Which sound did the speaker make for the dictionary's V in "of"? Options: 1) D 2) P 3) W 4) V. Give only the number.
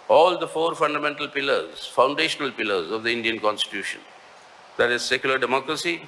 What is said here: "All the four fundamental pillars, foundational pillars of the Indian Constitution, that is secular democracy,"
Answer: 4